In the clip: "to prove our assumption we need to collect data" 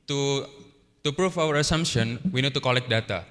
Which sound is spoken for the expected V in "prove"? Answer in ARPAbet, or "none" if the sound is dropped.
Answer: F